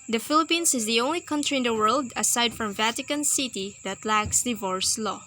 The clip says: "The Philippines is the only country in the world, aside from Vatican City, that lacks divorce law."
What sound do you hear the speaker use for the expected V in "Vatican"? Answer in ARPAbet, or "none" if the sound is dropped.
V